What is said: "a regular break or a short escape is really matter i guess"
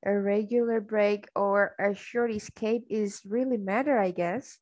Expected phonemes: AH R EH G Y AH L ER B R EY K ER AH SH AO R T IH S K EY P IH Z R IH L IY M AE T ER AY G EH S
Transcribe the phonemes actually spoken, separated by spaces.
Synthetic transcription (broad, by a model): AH R EH G Y L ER B R EY K ER AH SH AO R T IH S K EY P IH Z R IH L IY M AE T ER AY G EH S